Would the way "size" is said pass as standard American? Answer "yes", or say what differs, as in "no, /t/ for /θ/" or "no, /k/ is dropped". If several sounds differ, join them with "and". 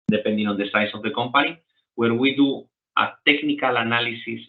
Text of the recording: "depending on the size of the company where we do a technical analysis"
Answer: no, /s/ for /z/